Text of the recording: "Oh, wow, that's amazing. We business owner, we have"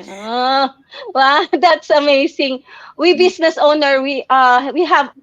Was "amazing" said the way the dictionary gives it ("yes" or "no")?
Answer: no